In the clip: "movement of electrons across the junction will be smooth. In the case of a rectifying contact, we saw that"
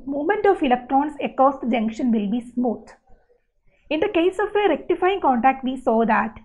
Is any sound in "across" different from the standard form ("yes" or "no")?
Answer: yes